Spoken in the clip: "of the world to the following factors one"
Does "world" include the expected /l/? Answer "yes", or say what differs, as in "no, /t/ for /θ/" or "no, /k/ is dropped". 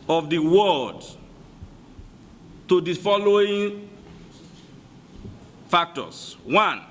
no, /l/ is dropped